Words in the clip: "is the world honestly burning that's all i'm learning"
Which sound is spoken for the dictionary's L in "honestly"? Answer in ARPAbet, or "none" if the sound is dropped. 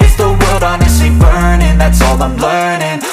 none